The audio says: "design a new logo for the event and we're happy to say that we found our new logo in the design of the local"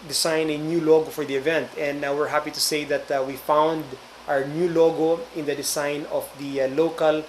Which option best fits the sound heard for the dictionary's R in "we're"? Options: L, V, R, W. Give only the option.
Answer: R